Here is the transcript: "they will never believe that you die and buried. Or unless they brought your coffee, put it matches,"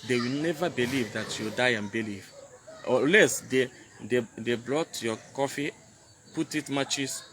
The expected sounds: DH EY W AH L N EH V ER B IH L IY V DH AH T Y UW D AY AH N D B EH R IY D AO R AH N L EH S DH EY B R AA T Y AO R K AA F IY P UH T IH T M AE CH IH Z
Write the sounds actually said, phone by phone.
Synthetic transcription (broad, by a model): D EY W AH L N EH V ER B IH L IY V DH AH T Y UW D AY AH N B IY L IY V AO L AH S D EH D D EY B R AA T Y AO K AA F IY P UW T IH T M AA CH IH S